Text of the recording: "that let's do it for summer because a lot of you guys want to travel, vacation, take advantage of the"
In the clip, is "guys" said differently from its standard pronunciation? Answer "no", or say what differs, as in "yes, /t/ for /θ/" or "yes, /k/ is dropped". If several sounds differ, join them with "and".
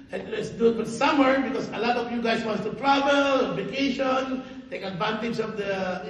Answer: yes, /s/ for /z/